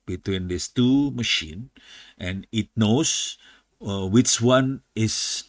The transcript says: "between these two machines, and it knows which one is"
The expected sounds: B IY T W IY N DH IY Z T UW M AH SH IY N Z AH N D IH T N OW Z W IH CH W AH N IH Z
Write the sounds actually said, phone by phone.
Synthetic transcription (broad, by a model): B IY T W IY N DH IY S T UW M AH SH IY N AH N IH T N OW S W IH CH W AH N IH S